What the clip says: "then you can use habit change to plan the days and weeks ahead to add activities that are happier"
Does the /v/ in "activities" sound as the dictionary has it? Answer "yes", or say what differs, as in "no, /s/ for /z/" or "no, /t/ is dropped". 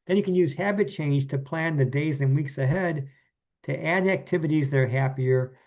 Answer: yes